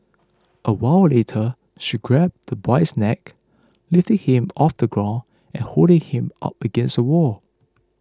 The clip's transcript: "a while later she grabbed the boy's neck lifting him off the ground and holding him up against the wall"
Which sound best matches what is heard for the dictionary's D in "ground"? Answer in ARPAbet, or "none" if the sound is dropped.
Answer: none